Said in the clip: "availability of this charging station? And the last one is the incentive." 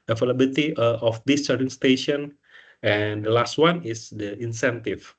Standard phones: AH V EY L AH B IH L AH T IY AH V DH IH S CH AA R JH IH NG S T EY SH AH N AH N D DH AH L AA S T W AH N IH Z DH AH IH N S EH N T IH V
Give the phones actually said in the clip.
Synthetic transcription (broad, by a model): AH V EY L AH B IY L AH T IY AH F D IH S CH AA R IH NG S T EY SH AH N AH N D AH L AA S T W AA N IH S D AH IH N S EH N T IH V